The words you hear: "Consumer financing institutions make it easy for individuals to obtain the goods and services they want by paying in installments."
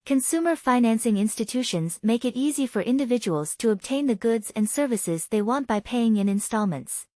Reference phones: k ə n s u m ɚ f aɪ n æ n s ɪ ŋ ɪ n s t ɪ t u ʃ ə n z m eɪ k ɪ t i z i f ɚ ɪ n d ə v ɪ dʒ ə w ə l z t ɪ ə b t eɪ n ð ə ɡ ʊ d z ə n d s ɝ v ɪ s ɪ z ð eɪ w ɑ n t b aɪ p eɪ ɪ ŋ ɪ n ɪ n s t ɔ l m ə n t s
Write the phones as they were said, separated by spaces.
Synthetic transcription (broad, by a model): k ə n s u m ɚ f aɪ n æ n s ɪ ŋ ɪ n s t ɪ t u ʃ ə n z m eɪ k ɪ t i z i f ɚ ɪ n d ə v ɪ dʒ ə w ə l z t ɪ ə b t eɪ n ð ə ɡ ʊ d z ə n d s ɝ v ɪ s ɪ z ð eɪ w ɑ n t b aɪ p eɪ ɪ ŋ ɪ n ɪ n s t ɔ l m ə n t s